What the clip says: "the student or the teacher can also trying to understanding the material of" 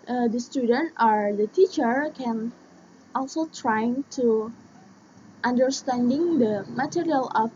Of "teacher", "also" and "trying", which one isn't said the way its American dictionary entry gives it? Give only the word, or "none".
none